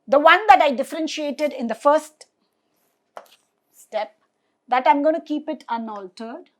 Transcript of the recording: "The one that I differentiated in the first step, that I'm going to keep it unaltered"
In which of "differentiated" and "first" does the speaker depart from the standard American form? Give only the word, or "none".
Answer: none